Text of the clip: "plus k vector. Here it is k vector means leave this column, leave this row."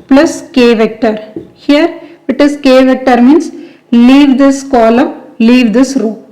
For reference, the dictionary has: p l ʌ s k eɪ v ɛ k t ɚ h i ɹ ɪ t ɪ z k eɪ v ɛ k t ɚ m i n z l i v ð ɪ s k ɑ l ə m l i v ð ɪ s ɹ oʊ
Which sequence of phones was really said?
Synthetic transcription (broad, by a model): p l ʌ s k eɪ v ɛ k t ɚ h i ɹ ɪ t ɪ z k eɪ v ɛ k t ɚ m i n s l i v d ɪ s k ɑ l ə m l i v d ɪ s ɹ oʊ